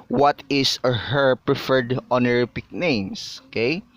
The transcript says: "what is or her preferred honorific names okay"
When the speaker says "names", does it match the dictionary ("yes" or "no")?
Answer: no